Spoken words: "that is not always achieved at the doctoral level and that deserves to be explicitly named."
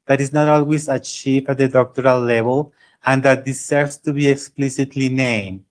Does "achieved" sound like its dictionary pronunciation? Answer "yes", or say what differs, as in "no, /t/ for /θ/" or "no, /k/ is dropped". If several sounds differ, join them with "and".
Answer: no, /d/ is dropped